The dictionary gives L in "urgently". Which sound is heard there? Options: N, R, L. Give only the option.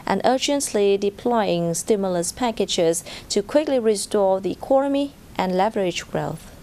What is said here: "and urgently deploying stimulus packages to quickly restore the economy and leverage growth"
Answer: L